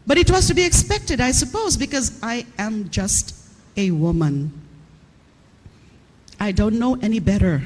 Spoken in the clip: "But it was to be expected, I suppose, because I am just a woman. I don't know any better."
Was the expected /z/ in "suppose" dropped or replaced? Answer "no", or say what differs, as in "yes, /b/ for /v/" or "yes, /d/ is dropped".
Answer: no